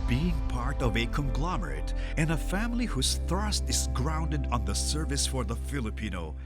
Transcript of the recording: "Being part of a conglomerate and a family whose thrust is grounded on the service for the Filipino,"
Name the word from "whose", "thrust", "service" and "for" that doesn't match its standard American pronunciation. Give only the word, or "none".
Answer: none